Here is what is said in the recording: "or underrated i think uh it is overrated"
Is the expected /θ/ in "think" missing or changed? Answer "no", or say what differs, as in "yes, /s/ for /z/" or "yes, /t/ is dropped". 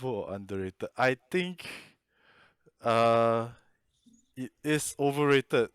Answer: yes, /t/ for /θ/